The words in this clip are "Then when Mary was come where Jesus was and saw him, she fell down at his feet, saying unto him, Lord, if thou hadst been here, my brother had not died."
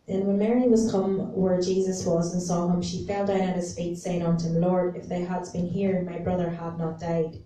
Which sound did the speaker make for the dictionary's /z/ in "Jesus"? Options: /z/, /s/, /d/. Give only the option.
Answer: /z/